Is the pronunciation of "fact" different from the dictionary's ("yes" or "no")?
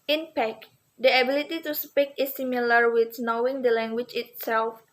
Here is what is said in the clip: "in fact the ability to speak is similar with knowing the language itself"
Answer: yes